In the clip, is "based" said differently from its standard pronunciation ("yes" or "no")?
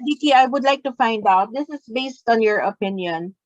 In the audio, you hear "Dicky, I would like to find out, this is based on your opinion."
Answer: no